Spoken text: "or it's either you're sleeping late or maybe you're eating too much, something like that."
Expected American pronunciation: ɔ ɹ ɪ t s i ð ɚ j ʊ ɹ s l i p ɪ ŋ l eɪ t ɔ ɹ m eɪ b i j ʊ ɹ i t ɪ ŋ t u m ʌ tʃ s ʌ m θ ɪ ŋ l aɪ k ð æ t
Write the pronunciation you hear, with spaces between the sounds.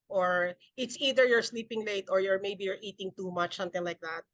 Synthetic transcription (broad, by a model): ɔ ɹ ɪ t s i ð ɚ j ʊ ɹ s l i p ɪ ŋ l eɪ t ɔ ɹ m eɪ b i j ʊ ɹ i t ɪ ŋ t u m ʌ tʃ s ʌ m t ɪ ŋ l aɪ k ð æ t